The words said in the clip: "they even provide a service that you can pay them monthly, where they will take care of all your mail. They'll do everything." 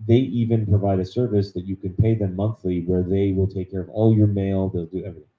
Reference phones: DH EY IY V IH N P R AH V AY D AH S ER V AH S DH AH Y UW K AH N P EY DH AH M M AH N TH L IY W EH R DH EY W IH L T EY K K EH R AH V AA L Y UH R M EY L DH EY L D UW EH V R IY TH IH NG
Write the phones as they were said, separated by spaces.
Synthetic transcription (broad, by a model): DH EY IY V IH N P R AH V AY D AH S ER V AH S DH AH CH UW K AH N P EY DH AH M M AH N TH L IY W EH R DH EY W IH L T EY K K EH R AH V AA L Y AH R M EY L DH EY L D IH EH V R IY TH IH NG